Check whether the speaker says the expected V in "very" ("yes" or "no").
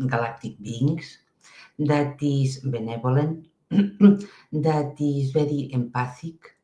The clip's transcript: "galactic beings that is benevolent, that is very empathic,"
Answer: no